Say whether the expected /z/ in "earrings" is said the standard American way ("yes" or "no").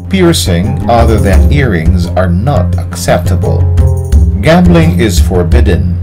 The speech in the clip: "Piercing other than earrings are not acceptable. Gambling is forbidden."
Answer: yes